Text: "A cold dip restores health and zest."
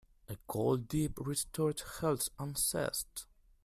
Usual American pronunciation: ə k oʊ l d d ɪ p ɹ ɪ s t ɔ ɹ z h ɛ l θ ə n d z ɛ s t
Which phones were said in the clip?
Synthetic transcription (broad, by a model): ə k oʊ l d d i p ɹ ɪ s t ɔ ɹ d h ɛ l s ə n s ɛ s t